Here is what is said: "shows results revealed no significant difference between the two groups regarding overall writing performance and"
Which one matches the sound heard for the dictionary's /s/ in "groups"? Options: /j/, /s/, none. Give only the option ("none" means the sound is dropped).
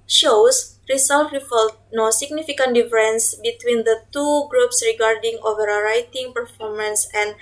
/s/